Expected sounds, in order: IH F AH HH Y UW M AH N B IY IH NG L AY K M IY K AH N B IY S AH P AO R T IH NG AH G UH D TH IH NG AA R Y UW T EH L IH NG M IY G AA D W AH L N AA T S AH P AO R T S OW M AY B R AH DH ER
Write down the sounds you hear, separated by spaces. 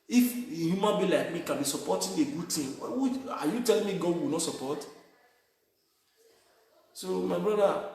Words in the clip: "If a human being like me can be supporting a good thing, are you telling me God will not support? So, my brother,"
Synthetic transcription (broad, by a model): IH F AH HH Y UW M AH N B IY L AY K M IY K AH N B IY S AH P AO T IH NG AH G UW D T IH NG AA W Y UW T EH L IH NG M IY G AA D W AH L N AA T S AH P AO T S OW M AY B R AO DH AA